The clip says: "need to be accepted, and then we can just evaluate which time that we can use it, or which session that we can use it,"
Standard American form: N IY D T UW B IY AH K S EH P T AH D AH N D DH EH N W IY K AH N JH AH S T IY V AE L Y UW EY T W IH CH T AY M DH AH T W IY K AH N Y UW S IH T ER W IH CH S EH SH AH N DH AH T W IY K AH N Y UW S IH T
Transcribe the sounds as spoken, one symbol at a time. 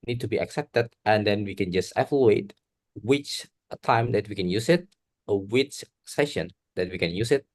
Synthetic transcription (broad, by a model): N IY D T UW B IY AH K S EH P T AH D AH N D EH N W IY K AH N JH AH S T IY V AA L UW EY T W IH CH T AY M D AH T W IY K AH N Y UW S IH T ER W IH CH S EH SH AH N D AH T W IY K AH N Y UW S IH T